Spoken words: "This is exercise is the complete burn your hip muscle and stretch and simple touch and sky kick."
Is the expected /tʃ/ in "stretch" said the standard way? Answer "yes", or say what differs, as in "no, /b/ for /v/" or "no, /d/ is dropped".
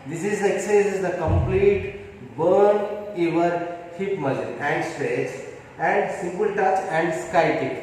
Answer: no, /s/ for /tʃ/